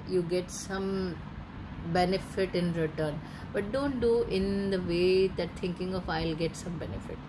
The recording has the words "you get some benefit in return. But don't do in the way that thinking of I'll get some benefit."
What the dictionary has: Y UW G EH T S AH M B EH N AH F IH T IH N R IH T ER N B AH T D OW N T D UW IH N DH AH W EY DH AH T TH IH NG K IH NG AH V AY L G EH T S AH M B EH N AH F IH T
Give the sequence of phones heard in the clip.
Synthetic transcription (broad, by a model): Y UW G EH T S AH M B EH N AH F IH T IH N R IH T ER N B AH T D OW N T D UW IH N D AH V EY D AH T T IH NG K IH NG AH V AY L G EH T S AH M B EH N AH F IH T